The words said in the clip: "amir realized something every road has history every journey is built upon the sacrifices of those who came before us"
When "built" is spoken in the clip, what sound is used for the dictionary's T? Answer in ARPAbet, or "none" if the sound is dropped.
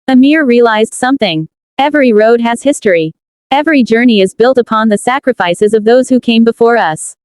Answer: T